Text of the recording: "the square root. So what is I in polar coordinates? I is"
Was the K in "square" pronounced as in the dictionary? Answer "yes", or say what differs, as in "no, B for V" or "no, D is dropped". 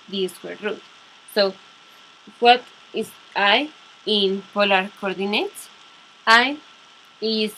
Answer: no, K is dropped